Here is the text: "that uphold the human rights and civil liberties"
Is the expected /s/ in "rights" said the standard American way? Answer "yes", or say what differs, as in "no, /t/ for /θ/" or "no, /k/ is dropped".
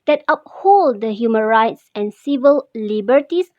yes